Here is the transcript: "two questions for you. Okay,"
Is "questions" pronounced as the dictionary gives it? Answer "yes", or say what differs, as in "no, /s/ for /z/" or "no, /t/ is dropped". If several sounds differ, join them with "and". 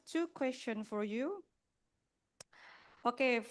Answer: no, /z/ is dropped